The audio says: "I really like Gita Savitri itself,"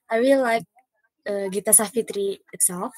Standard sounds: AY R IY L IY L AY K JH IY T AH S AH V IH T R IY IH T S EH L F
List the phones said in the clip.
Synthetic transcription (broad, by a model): AY W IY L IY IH K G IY T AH S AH F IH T R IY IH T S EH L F